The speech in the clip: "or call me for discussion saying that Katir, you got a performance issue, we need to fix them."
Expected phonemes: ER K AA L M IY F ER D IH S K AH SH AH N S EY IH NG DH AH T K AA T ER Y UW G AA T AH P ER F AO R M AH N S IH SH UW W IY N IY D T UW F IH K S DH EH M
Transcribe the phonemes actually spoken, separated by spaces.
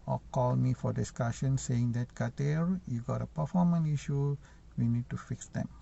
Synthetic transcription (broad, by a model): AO K AA L M IY F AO D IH S K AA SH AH N S EY IH NG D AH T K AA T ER Y UW G AA T AH P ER F AO M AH N IY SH UW W IY N IY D T UW F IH K S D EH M